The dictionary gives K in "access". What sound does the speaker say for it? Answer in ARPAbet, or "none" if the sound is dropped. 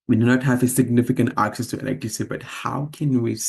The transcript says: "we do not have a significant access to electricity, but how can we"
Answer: K